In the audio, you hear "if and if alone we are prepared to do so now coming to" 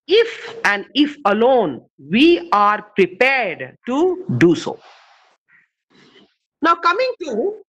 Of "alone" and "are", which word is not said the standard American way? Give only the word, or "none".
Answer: none